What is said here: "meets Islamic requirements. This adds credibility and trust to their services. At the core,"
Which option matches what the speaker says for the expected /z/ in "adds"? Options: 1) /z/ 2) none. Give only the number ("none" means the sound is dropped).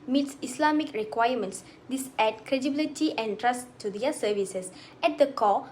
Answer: 2